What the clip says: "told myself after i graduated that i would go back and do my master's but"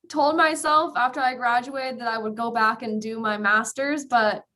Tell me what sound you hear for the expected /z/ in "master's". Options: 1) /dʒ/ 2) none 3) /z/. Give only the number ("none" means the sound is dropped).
3